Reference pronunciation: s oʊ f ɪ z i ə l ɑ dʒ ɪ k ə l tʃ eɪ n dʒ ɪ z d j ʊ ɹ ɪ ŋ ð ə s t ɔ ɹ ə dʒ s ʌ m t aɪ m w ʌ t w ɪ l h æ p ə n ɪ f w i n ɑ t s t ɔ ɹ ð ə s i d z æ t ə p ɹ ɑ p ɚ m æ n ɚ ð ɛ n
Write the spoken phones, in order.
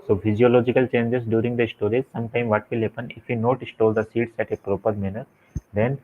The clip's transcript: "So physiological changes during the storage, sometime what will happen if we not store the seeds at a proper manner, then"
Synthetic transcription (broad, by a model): s oʊ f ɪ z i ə l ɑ dʒ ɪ k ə l tʃ eɪ n dʒ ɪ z d j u ɹ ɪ ŋ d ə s t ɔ ɹ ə z s ʌ m t aɪ m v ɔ t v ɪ l h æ p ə n ɪ f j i n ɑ t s t ɔ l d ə s i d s æ t ə p ɹ ɑ p ɚ m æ n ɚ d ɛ n